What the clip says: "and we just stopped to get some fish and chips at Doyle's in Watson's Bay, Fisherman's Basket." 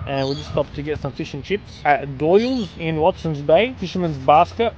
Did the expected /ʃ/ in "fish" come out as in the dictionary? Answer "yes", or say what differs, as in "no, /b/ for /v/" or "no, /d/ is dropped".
yes